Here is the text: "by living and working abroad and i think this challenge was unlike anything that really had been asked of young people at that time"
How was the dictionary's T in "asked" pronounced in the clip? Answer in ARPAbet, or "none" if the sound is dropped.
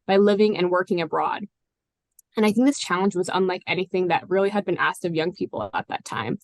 T